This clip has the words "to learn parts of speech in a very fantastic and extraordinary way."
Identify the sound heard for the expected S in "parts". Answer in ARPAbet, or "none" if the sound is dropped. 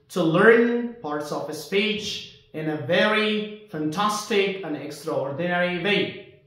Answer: S